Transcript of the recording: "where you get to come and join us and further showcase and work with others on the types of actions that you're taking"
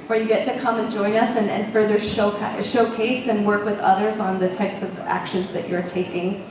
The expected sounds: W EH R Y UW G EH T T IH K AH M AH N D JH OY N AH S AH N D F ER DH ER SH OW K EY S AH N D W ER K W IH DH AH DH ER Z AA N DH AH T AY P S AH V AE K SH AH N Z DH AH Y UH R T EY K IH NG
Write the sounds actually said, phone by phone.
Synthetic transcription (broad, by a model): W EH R Y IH G EH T T IH K AH M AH N JH OY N AH S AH N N F ER DH ER SH OW K EY S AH N W ER K W IH DH AH DH ER Z N DH AH T AY P S AH V AE K SH AH N Z DH AH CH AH R T EY K IH NG